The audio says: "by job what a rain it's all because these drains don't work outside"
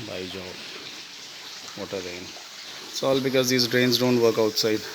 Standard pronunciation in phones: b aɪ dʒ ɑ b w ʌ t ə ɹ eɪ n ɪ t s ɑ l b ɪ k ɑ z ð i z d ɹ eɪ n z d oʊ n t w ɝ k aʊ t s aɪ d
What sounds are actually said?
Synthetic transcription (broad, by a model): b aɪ dʒ ɑ b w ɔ t ə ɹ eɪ ɪ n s ɑ l b ɪ k ɑ z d i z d ɹ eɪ n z d oʊ n t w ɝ k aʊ t s aɪ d